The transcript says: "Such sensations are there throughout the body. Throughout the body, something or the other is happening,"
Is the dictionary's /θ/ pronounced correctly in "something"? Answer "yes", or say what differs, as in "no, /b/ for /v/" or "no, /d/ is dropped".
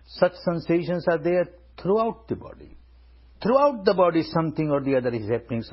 no, /t/ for /θ/